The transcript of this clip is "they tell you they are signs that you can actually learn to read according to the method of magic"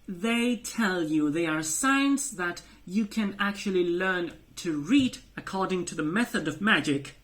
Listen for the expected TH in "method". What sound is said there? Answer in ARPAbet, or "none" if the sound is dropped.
TH